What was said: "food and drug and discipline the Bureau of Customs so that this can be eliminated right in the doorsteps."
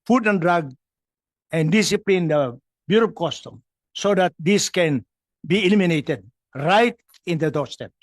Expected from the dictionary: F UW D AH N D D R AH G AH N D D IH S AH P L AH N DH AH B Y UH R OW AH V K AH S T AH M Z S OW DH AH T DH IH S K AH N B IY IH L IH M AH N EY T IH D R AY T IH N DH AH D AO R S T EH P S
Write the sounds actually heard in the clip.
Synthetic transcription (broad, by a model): F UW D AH N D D R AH G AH N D D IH S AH P L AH N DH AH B Y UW R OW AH P K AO S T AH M S OW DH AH T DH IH S K AH N B IY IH L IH M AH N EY T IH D R AY T IH N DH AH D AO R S T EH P